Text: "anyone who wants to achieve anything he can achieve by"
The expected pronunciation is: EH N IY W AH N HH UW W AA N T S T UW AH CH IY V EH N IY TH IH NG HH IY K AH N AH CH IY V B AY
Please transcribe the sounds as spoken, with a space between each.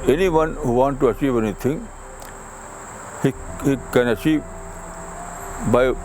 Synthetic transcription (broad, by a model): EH N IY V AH N HH UW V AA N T T UW AH CH IY V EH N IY T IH NG HH IY K AH N AH CH IY V B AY